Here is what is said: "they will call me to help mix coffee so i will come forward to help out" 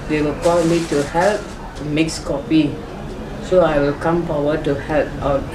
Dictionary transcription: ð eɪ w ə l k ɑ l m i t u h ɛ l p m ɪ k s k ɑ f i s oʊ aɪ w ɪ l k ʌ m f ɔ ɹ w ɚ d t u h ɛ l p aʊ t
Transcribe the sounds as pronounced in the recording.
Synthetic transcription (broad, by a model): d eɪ w ə l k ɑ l m i t u h ɛ l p m ɪ k s k ɑ p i s oʊ aɪ w ɪ l k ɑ m p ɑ w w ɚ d t u h ɛ l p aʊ